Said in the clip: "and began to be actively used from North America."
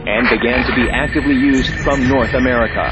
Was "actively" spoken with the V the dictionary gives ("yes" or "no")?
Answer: yes